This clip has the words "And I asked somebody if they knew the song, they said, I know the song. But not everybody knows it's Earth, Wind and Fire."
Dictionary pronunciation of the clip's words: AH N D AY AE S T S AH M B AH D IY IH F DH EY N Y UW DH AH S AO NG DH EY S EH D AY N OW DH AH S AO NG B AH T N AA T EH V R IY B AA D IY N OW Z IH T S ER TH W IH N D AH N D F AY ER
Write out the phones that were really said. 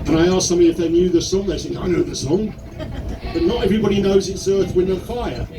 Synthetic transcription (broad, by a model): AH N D AY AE S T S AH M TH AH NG IH F DH EY N Y UW DH AH S AO NG DH EY S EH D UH N OW DH AH S AO NG B AH T N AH T EH V R IY B AA D IY N OW Z IH T S ER TH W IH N AH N F AY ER